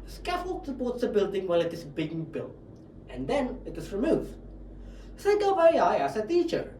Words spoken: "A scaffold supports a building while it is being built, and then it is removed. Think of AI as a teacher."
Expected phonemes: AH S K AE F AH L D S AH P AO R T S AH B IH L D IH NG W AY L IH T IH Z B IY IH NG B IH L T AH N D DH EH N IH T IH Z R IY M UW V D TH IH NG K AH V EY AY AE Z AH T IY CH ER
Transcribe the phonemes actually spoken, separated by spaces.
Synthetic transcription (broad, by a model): S K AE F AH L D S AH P AO T S AH B IH L D IH NG W AY L IH T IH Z B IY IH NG B IH L T AH N D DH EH N IH T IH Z R IY M UW V D S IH K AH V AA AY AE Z AH T IY CH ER